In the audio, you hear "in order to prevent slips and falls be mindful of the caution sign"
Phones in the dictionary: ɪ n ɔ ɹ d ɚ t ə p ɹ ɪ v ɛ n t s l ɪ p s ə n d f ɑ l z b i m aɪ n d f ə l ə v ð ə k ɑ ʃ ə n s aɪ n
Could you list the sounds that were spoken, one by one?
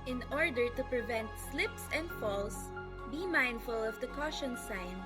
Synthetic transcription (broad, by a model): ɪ n ɔ ɹ d ɚ t ə p ɹ ɪ v ɛ n t s l ɪ p s ə n d f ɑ l s b i m aɪ n d f ə l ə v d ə k ɑ ʃ ə n s aɪ n